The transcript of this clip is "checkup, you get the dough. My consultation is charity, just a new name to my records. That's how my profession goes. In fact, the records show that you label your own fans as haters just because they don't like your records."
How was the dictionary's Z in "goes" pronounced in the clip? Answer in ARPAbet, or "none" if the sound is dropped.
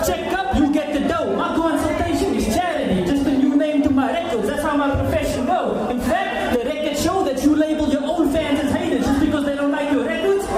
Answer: none